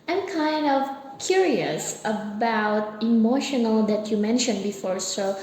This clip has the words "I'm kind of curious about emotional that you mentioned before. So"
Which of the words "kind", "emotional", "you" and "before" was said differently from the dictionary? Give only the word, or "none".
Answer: none